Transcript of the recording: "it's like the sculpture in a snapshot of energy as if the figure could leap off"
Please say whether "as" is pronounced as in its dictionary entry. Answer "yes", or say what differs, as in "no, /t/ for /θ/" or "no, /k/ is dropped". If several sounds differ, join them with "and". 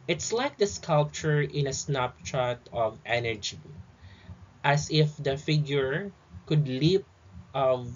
no, /s/ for /z/